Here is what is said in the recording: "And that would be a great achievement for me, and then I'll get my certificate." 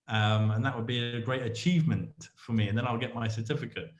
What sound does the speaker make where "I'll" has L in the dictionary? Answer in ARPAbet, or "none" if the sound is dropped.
L